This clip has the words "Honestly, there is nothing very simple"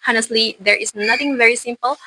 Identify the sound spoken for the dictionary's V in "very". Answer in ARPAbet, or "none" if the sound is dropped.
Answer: V